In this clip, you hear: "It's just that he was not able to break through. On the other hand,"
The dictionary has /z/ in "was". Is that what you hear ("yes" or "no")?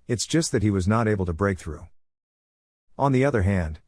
yes